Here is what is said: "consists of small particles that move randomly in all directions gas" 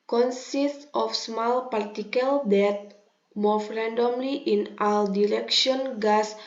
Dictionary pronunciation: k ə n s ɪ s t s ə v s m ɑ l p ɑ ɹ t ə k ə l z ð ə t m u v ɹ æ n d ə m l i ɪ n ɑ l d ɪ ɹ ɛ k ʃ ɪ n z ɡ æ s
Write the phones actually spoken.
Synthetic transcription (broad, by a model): k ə n s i s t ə f s m ɑ l p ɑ ɹ t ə k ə l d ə t m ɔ f ɹ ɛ n d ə m l i ɪ n ɑ l d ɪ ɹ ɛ k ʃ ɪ n ɡ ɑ s